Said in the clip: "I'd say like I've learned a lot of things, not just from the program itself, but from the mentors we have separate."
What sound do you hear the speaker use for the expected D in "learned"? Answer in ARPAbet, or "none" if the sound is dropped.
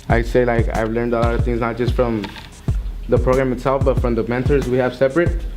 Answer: D